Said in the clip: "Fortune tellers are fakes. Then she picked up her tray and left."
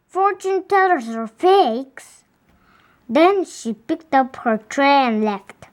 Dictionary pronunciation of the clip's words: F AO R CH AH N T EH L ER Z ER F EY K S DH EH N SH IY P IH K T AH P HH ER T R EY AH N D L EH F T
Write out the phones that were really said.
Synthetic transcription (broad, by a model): F AO R CH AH N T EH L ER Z ER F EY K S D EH N SH IY P IH K T AH P HH ER T R EY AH N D L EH F T